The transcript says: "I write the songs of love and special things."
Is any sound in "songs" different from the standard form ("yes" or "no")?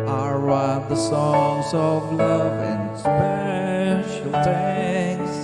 no